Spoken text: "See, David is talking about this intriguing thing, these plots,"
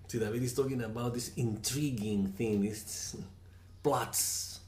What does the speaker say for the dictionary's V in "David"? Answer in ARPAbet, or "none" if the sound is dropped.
none